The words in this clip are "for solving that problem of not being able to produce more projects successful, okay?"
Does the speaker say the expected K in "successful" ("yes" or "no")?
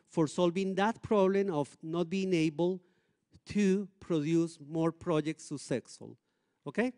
no